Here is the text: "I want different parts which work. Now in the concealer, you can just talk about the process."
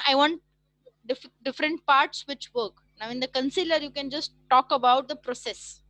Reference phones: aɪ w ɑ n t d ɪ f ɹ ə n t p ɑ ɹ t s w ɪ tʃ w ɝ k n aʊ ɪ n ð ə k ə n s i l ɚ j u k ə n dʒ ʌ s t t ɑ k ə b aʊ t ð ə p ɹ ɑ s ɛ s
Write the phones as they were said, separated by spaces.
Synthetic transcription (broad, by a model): aɪ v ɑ n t d ɪ f ɹ ə n t p ɑ ɹ t s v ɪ tʃ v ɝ k n aʊ ɪ n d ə k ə n s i l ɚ j u k ə n dʒ ʌ s t t ɑ k ə b aʊ t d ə p ɹ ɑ s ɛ s